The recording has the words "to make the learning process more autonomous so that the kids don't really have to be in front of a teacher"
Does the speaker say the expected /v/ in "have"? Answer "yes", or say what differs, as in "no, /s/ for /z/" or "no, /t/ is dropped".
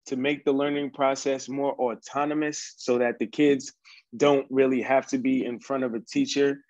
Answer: no, /f/ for /v/